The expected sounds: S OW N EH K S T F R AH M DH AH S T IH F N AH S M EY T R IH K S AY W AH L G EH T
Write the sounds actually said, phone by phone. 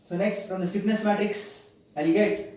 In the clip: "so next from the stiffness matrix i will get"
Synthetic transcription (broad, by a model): S OW N EH K S T F R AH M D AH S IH P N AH S M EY T R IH K S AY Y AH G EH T